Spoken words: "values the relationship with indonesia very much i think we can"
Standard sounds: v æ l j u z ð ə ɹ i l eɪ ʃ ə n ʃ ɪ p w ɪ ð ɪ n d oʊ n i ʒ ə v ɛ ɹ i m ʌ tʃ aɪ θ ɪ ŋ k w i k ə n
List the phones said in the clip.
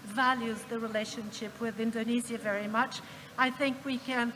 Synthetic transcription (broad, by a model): v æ l j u z ð ə ɹ i l eɪ ʃ ə n ʃ ɪ p w ɪ ð ɪ n d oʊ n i z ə v ɛ ɹ i m ʌ tʃ aɪ θ ɪ ŋ k w i k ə n